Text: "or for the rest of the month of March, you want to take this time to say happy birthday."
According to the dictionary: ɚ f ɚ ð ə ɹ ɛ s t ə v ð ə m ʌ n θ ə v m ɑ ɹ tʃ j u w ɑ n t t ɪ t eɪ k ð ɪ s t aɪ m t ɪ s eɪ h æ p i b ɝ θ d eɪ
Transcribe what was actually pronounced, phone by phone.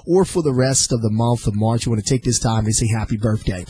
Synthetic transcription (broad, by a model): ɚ f ɚ ð ə ɹ ɛ s t ə v ð ə m ʌ n θ ə v m ɑ ɹ tʃ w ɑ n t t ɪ t eɪ k ð ɪ s t aɪ m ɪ s eɪ h æ p i b ɝ θ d eɪ